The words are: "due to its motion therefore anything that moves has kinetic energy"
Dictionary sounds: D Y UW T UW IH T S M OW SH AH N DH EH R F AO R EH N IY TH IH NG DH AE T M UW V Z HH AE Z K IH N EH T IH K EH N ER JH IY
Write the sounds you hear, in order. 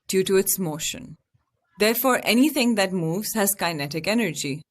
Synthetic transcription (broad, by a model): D Y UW T UW IH T S M OW SH AH N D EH R F AO R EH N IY T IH NG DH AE T M UW V Z HH AE Z K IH N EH T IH K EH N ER JH IY